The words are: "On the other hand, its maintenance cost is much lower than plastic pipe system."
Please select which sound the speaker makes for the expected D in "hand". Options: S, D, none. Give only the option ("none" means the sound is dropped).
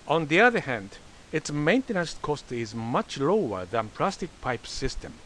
D